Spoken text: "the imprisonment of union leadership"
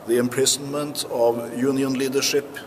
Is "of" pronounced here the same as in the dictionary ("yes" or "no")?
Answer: yes